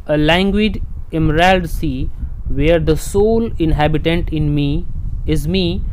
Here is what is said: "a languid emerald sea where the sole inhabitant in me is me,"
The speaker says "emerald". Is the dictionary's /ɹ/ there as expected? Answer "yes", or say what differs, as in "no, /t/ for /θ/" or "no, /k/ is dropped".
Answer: yes